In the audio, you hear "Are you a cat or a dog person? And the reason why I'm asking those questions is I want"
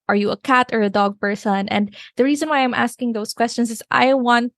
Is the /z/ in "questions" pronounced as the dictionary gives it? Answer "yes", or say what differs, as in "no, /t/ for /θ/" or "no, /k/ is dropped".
no, /s/ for /z/